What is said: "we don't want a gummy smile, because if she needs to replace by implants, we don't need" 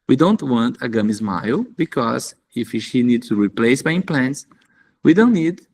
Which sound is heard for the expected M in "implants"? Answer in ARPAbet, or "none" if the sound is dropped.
none